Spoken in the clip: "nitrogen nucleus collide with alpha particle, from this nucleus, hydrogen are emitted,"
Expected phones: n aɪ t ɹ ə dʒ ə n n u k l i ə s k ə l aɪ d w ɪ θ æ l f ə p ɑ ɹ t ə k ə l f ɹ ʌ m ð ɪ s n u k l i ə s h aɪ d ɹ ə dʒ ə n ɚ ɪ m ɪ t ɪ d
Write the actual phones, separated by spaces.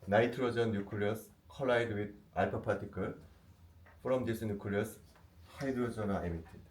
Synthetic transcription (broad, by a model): n aɪ t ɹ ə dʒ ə n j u k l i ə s k ə l aɪ d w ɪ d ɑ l p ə p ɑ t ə k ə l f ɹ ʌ m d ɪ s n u k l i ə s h aɪ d ə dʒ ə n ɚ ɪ m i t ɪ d